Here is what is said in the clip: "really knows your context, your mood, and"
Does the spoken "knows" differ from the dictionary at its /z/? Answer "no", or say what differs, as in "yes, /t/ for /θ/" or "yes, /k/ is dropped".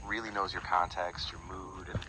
no